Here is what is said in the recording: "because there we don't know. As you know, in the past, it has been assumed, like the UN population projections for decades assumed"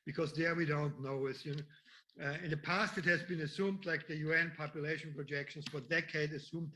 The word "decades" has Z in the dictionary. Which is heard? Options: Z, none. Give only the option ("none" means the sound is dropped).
none